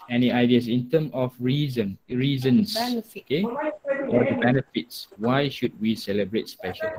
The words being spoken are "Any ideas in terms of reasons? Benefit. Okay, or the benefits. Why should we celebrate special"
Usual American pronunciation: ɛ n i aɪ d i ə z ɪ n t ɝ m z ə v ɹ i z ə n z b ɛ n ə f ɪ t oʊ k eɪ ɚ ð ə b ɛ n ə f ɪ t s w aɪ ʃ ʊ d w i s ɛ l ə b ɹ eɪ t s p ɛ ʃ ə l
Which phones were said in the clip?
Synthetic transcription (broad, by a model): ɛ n i aɪ d i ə s ɪ n t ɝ m ə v ɹ i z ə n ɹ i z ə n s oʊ k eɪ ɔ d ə b ɛ n ə f ɪ t s w aɪ ʃ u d w i s ɛ l ə b ɹ eɪ t s p ɛ ʃ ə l